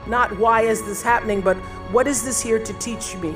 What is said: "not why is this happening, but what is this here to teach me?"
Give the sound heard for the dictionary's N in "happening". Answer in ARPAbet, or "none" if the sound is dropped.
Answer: N